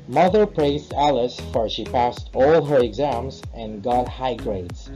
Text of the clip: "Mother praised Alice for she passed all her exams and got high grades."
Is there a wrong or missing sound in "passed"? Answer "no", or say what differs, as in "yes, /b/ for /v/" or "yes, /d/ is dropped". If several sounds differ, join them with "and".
no